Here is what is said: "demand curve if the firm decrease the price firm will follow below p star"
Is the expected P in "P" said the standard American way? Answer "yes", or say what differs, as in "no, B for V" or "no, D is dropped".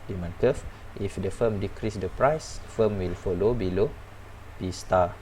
no, B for P